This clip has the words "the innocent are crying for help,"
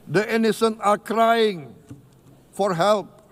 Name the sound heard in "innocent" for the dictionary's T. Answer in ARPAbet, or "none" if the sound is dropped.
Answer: none